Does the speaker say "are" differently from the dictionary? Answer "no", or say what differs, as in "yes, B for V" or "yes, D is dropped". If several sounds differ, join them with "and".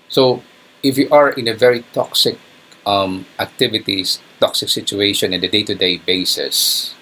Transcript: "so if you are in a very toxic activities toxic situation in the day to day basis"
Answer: no